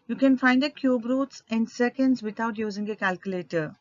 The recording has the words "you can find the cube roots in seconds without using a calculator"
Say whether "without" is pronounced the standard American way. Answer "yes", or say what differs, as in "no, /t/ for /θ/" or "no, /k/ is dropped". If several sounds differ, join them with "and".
no, /t/ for /θ/